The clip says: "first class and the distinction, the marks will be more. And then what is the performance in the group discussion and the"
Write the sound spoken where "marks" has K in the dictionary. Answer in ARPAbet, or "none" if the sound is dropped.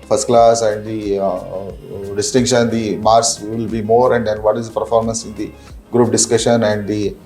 none